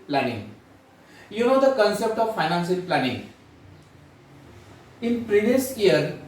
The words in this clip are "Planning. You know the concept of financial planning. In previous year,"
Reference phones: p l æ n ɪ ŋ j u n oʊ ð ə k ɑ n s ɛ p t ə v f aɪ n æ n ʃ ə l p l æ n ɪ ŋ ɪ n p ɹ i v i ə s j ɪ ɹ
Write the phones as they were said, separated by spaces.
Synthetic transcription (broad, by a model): p l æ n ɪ ŋ j u n oʊ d ə k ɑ n s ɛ p t ə v f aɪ n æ n s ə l p l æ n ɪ ŋ ɪ n p ɹ i v i ə s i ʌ ɹ